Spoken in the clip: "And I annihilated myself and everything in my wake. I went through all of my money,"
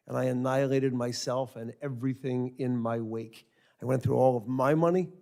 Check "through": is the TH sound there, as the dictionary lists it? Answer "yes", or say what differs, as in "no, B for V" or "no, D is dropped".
yes